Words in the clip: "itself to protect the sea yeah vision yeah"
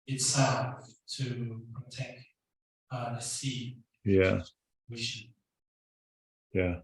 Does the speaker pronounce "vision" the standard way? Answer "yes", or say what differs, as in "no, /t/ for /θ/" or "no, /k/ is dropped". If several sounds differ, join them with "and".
no, /w/ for /v/ and /ʃ/ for /ʒ/